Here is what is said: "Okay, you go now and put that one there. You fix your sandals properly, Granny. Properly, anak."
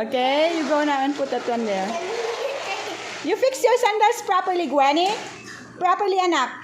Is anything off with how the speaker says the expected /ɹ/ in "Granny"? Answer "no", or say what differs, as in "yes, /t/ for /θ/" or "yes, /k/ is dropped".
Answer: yes, /w/ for /ɹ/